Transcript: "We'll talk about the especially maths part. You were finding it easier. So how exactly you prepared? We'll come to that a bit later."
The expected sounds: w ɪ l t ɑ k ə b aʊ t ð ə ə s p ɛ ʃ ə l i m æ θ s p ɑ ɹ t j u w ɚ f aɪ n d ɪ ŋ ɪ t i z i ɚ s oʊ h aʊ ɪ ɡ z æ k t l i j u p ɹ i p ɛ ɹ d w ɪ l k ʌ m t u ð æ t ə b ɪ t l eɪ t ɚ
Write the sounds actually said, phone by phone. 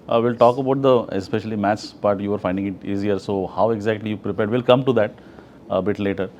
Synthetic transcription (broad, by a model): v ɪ l t ɑ k ə b aʊ t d ə ə s p ɛ ʃ ə l i m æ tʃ s b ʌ t j u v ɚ f aɪ n d ɪ ŋ ɪ t i z i ɚ s oʊ h aʊ ɪ ɡ z æ k t l i j u p ɹ i p ɛ ɹ d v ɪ l k ʌ m t u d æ t ə b ɪ t l eɪ t ɚ